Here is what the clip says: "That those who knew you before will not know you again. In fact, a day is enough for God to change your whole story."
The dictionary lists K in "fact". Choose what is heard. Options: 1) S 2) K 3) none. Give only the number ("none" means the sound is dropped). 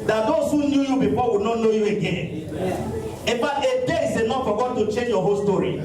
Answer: 3